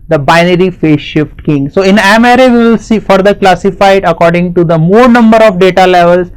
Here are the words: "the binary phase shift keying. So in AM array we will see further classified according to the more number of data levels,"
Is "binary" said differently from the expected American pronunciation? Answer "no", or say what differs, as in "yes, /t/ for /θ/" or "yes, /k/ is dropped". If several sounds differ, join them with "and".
no